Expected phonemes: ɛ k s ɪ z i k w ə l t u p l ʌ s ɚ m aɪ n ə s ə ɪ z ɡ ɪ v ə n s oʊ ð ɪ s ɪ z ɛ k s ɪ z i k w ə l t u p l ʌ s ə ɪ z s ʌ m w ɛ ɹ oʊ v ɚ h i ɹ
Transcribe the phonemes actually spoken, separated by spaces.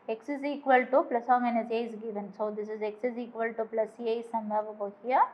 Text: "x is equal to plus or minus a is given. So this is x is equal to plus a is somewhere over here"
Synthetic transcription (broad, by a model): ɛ k s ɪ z i k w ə l t u p l ʌ s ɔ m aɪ n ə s ə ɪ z ɡ ɪ v ə n s oʊ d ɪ s ɪ z ɛ k s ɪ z i k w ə l t u p l ʌ s ə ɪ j s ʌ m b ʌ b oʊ b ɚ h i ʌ